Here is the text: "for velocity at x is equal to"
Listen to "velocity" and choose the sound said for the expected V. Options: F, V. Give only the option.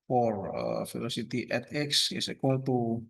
F